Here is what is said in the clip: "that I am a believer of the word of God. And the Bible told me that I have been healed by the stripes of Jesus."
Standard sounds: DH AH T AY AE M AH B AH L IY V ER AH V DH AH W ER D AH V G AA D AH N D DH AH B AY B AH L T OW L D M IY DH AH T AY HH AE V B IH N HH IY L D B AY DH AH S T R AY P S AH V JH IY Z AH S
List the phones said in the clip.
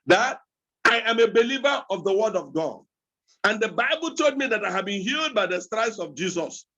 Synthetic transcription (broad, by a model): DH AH T AY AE M AH B AH L IY V ER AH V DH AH W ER D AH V G AA D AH N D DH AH B AY B AH L T OW L D M IY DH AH T AY HH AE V B IH N HH IY L D B AY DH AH S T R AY S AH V JH IY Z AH S